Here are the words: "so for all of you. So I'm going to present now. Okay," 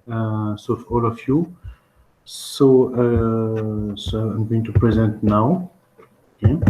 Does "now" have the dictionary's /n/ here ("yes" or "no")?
yes